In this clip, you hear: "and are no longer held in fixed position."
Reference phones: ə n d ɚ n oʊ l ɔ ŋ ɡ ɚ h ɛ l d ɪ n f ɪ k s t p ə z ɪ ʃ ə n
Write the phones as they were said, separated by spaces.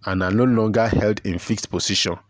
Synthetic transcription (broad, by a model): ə n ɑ n oʊ l ɔ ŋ ɡ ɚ h ɛ l d ɪ n f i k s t p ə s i ʃ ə n